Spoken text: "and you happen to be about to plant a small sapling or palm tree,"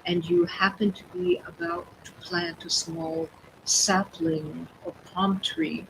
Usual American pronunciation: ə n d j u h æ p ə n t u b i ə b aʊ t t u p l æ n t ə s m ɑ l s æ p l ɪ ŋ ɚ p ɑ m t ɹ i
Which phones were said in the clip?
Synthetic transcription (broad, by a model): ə n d j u h æ p ə n t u b i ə b aʊ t t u p l æ n t ə s m ɑ l s æ p l ɪ ŋ ɚ p ɑ m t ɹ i